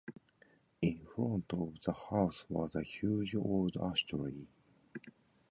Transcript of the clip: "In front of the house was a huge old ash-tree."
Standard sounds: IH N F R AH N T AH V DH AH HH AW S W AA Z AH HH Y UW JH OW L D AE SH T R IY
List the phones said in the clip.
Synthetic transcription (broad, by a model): IH N F R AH N T AH V DH AH HH AW S W AA Z AH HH Y UW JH OW L D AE S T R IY